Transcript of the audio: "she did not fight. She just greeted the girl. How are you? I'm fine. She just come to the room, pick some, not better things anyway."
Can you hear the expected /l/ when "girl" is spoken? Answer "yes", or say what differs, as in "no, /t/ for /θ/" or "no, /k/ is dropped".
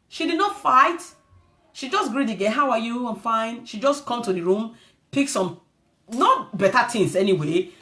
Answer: no, /n/ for /l/